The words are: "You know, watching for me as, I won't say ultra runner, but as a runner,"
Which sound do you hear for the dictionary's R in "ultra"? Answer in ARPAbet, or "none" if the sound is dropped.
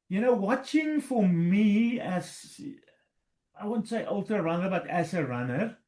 none